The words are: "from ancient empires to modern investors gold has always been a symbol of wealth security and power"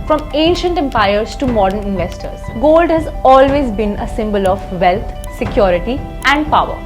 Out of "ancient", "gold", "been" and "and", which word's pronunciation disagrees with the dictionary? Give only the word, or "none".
none